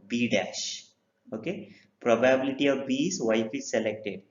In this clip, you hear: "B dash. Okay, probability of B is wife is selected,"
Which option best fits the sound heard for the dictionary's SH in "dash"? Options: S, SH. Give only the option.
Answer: SH